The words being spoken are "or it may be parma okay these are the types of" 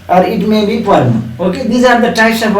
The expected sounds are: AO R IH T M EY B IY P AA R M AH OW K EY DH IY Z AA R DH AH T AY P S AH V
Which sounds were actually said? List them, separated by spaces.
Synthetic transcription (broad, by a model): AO R IH T M EY B IY P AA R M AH OW K EY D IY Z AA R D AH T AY S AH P